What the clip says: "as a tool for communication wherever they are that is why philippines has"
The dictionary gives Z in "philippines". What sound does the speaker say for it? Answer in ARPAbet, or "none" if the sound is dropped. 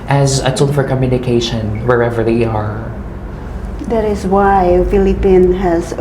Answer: none